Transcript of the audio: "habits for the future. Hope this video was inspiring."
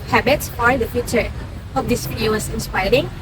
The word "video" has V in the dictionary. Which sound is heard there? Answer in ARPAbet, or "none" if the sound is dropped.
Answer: F